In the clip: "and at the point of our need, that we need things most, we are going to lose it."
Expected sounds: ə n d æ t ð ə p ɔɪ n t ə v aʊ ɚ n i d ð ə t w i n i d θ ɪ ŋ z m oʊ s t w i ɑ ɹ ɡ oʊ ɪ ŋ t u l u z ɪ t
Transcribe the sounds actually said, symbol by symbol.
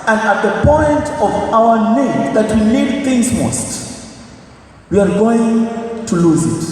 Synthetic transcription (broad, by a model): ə n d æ t ð ə p ɔɪ n t ə v aʊ ɚ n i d ð ə t w i n i d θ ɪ ŋ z m oʊ s t w i ɑ ɹ ɡ oʊ ɪ ŋ t u l u z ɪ t